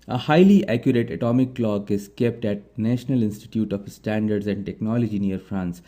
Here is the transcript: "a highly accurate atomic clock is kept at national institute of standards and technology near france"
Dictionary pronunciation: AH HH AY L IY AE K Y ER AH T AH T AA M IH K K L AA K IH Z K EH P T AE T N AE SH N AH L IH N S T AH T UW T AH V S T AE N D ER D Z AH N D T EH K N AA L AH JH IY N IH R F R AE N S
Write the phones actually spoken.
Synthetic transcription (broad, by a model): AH HH AY L IY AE K Y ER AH T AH T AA M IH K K L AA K IH Z K EH P T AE T N AE SH N AH L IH N S T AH T UW T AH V S T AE N D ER D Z AH N D T EH K N AA L AH JH IY N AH R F R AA N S